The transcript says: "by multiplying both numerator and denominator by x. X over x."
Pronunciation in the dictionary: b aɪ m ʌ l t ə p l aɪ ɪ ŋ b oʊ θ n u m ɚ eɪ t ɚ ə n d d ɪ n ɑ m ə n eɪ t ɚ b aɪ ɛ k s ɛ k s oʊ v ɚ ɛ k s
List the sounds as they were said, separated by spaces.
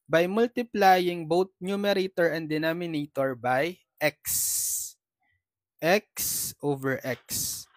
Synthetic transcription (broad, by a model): b aɪ m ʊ l t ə p l aɪ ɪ ŋ b oʊ t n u m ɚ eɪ t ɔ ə n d d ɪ n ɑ m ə n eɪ t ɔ b aɪ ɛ k s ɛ k s oʊ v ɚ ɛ k s